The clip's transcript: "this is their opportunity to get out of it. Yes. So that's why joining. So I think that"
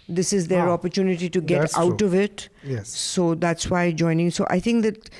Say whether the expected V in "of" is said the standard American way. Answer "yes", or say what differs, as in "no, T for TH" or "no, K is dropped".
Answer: yes